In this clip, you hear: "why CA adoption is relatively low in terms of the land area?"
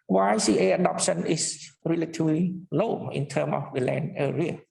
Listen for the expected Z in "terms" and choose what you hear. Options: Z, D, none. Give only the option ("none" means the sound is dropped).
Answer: none